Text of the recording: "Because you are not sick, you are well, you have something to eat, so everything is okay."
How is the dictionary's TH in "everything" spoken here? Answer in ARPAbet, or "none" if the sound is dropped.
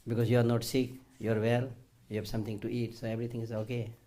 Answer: T